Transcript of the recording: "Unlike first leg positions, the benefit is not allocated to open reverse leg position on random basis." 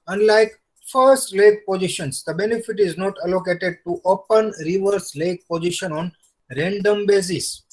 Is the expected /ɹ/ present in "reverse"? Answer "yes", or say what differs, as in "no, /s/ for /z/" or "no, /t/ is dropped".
yes